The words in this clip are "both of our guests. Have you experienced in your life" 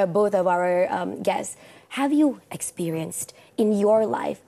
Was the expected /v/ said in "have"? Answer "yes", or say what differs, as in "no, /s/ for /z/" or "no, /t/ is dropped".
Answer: yes